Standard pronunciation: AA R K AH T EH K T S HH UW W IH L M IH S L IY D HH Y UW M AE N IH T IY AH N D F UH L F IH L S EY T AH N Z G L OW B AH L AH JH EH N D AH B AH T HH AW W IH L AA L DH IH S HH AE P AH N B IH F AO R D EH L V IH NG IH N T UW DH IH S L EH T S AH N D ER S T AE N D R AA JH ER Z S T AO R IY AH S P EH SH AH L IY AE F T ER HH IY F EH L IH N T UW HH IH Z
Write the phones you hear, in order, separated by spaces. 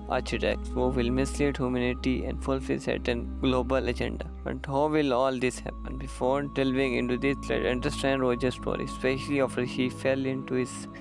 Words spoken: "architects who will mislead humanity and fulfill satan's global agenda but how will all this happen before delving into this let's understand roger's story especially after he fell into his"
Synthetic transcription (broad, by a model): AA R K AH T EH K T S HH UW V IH L M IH S L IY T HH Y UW M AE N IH T IY AH N D F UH L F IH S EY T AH N G L OW B AH L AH JH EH N D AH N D HH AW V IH L AA L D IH S HH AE P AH N B IH F AO R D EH L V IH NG IH N T UW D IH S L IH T AH N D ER S T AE N D R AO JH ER S T AO R IY S P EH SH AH L IY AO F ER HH IY F EH L IH N T UW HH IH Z